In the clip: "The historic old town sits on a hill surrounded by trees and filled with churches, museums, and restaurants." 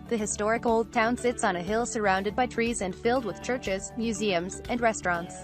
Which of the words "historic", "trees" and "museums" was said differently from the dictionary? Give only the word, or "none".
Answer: none